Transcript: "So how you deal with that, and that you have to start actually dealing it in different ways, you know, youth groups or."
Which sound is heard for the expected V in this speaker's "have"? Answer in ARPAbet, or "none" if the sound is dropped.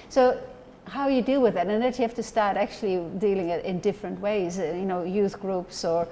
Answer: F